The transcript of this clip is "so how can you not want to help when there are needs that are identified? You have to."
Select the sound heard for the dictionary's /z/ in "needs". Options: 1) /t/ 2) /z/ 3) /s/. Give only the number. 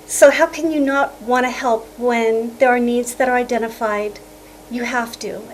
2